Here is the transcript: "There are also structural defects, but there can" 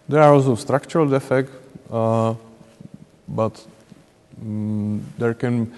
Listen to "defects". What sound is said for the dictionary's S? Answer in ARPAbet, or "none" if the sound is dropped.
none